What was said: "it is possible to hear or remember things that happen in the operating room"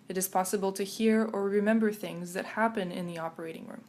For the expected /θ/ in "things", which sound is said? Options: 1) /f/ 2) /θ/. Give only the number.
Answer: 2